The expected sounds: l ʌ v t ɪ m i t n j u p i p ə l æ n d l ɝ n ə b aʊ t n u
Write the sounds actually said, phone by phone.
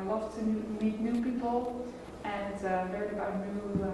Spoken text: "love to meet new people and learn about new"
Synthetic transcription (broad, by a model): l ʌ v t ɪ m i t n j u p i p ə l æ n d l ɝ ə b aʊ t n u